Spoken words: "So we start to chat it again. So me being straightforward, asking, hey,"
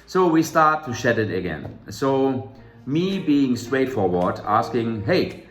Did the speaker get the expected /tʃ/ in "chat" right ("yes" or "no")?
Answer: no